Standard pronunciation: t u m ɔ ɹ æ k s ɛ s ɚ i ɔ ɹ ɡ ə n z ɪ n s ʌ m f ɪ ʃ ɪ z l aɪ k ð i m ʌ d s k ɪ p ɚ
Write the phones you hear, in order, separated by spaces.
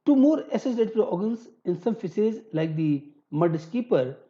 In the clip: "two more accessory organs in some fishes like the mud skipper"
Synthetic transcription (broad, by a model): t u m ɔ ɹ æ s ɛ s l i ɔ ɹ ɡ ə n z ɪ n s ʌ m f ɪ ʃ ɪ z l aɪ k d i m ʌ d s k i p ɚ